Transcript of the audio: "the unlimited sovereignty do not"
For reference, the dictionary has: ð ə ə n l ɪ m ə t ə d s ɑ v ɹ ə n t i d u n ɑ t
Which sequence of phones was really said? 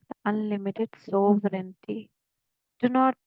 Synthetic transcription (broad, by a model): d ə ə n l ɪ m ə t ə d s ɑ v ɹ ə n t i d u n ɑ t